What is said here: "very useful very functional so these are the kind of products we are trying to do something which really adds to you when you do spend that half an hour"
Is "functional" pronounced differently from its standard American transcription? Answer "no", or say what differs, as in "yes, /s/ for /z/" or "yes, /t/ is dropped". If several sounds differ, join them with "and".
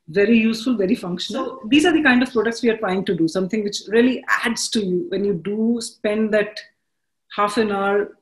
no